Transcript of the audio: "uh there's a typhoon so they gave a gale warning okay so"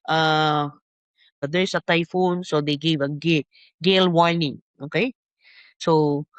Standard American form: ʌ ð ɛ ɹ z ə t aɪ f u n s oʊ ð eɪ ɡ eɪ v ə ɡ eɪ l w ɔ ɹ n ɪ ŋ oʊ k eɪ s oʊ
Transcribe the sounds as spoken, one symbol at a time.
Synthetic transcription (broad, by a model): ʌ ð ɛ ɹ s ə t aɪ f u n s oʊ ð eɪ ɡ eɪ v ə ɡ eɪ l w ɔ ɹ n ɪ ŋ oʊ k eɪ s oʊ